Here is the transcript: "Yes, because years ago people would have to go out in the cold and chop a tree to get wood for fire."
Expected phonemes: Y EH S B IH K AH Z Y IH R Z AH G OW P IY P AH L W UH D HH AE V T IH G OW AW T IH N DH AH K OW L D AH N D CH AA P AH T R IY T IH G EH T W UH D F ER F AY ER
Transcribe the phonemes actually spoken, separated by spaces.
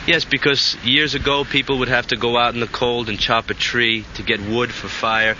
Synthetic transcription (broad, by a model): Y EH S B IH K AH Z Y IH R Z AH G OW P IY P L W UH D HH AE F T IH G OW AW T N DH AH K OW L D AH N CH AA P AH T R IY T IH G EH T W UH D F ER F AY ER